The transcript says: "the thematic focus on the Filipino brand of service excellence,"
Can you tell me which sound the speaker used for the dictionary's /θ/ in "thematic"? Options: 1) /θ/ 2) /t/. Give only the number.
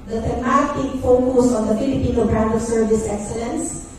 2